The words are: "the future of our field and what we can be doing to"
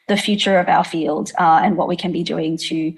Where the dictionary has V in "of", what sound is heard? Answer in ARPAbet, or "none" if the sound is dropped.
V